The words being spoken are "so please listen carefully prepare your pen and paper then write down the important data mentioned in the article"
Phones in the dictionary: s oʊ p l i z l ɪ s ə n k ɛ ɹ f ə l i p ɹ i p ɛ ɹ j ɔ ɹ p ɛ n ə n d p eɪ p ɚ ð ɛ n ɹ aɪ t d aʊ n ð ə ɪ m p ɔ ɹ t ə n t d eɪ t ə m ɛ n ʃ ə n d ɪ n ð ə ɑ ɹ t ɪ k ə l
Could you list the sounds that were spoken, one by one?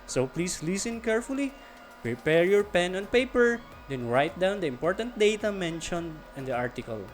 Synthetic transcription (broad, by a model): s oʊ p l i s l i s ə n k ɛ ɹ f ə l i p ɹ i p ɛ ɹ j ɔ ɹ p ɛ n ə n p eɪ p ɚ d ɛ n ɹ aɪ t d aʊ n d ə ɪ m p ɔ ɹ t ə n t d eɪ t ə m ɛ n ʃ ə n ɪ n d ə ɑ ɹ t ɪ k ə l